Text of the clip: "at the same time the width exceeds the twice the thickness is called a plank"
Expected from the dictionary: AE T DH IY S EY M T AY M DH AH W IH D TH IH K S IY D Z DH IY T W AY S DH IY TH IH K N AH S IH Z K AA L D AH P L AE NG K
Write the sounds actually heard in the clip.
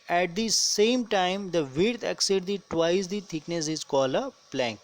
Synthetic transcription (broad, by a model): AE T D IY S EY M T AY M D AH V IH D T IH K S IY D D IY T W AY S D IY T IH K N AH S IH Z K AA L AH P L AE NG K